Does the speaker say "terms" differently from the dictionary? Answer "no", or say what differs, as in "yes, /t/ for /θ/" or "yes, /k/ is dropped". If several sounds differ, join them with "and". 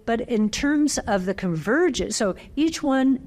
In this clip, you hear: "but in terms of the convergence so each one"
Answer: no